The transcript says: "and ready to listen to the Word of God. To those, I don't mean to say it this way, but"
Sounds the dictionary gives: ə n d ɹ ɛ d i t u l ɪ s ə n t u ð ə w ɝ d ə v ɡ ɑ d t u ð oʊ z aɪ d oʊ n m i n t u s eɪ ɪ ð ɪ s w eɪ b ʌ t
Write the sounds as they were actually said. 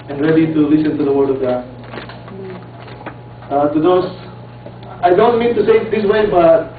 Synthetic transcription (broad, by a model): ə n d ɹ ɛ d i t u l ɪ s ə n t u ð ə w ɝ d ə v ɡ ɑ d t u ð oʊ s aɪ d oʊ n m i n t u s eɪ ɪ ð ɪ s w eɪ b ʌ t